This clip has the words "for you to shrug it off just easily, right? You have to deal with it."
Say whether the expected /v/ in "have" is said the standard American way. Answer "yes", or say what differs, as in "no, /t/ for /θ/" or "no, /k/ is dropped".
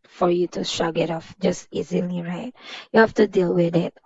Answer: no, /f/ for /v/